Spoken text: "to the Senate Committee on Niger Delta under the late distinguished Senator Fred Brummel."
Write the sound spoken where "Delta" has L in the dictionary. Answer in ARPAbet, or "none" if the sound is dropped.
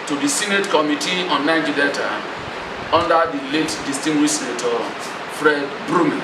none